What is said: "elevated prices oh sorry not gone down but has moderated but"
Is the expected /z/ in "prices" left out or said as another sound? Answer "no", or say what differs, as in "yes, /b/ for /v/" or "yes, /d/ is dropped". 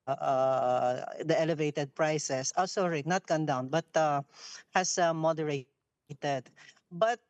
yes, /s/ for /z/